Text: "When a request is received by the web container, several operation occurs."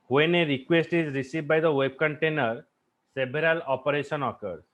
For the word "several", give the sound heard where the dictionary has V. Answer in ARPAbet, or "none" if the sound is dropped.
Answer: B